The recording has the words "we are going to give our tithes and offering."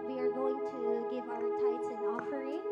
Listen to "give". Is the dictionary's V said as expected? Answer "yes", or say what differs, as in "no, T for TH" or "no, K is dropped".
yes